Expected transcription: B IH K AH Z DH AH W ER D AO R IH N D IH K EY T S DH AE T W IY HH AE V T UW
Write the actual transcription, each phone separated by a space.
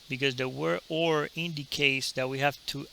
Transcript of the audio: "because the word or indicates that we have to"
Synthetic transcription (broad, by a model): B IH K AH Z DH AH W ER AO R IH N D IH K EY T S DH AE T W IY HH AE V T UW